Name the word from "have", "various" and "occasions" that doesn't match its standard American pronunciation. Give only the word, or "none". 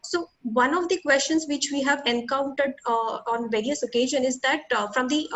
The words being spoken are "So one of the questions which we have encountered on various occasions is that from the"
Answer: occasions